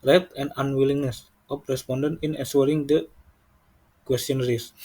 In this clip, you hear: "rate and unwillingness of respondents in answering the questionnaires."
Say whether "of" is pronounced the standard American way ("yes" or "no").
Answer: no